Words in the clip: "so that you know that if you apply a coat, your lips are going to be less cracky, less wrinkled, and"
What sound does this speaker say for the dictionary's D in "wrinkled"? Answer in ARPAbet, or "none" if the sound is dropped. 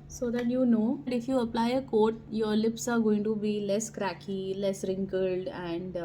D